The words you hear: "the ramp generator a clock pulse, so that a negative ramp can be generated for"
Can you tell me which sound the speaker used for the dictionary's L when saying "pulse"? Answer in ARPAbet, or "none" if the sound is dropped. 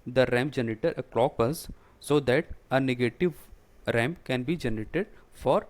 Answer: none